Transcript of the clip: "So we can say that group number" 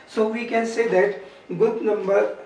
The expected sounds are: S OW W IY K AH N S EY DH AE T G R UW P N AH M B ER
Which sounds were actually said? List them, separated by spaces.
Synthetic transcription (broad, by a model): S OW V IY K AH N S EY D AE T G UH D N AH M B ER